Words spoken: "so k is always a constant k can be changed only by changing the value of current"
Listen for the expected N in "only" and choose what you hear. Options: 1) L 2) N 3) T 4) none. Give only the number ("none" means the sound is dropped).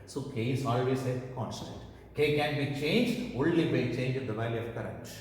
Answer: 1